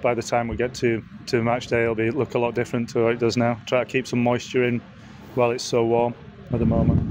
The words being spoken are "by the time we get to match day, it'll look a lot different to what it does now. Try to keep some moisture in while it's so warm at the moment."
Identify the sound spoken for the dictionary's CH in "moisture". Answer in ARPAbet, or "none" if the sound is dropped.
CH